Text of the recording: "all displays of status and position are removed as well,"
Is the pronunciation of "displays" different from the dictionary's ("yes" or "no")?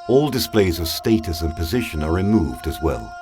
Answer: no